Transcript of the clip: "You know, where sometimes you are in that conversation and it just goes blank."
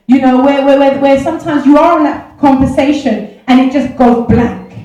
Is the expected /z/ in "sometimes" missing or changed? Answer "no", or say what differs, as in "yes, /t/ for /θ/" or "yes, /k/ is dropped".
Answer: no